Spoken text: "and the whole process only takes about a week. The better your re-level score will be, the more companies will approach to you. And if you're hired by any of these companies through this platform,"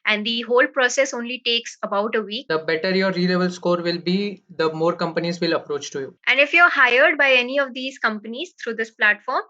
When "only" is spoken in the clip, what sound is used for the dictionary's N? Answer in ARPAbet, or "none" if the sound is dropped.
N